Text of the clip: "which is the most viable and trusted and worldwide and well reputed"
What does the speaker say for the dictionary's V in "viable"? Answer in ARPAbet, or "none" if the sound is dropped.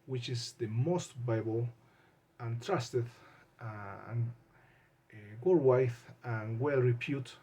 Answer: B